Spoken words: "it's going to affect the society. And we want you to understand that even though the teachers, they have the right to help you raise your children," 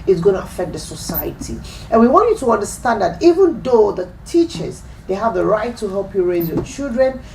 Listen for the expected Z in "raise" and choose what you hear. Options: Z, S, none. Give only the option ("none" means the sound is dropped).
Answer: Z